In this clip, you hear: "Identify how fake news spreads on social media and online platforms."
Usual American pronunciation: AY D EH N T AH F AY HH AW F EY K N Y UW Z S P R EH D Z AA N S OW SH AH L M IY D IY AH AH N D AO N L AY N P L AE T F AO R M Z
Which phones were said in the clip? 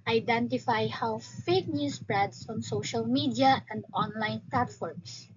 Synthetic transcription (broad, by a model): AY D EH N T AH F AY HH AW F EY K N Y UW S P R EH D S AA N S OW SH AH L M IY D IY AH AH N D AO N L AY N P L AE T F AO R M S